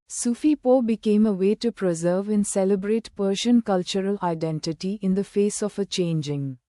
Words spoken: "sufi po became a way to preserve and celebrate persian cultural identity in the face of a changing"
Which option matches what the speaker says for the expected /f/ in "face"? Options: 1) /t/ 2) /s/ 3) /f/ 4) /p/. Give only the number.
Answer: 3